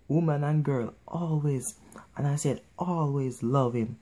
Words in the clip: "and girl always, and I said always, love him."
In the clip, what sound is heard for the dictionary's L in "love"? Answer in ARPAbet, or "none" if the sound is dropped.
L